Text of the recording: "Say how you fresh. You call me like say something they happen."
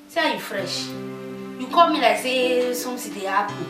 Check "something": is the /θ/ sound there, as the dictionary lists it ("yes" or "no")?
no